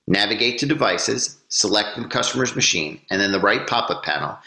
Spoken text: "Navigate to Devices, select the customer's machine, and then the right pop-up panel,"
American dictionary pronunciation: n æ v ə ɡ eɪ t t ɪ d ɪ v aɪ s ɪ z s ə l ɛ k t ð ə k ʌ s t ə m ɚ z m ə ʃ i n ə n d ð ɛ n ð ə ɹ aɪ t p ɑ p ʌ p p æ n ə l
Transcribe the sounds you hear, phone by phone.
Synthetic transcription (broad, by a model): n æ v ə ɡ eɪ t t ɪ d ɪ v aɪ s ɪ z s ə l ɛ k t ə k ʌ s t ə m ɚ z m ə ʃ i n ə n ð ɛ n ð ə ɹ aɪ t p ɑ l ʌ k p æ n l